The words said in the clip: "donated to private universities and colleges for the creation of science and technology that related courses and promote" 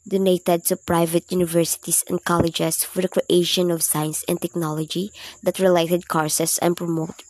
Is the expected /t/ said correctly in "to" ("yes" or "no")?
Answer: no